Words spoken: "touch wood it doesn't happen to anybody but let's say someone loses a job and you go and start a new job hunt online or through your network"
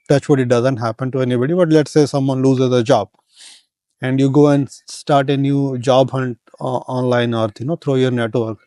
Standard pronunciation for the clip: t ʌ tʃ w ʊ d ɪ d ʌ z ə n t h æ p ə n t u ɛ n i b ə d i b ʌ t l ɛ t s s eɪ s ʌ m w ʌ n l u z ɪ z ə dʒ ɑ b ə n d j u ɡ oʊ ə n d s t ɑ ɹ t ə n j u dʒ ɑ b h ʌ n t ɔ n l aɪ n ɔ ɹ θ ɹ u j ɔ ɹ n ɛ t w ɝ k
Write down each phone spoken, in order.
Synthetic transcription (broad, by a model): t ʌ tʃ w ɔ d ɪ d ʌ z ə n t h æ p ə n t u ɛ n i b ə d i b ʌ t l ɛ t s s eɪ s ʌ m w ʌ n l u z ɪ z ə dʒ ɑ b ə n d j u ɡ oʊ ə n d s t ɑ ɹ t ə n j u dʒ ɑ b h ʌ n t ɔ n l aɪ n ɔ ɹ t ɹ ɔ j ɔ ɹ n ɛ t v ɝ k